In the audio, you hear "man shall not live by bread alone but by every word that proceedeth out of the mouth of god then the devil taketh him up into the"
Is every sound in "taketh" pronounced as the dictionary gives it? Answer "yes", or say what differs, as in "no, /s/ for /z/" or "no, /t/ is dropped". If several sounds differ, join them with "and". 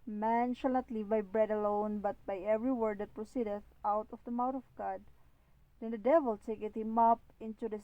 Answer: no, /t/ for /θ/